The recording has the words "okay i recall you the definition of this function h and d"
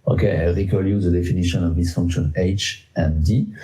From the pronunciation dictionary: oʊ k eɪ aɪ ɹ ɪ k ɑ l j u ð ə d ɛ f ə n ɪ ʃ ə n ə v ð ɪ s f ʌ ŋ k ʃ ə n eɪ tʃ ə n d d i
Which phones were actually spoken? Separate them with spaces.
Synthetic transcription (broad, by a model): oʊ k eɪ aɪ ɹ ɪ k ɑ l j u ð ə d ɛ f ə n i ʃ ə n ə v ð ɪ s f ʌ ŋ k ʃ ə n eɪ tʃ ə n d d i